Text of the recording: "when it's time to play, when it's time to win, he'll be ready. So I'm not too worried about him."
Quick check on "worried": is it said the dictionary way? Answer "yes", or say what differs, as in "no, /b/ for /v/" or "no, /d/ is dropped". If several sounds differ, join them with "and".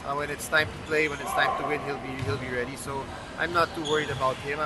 yes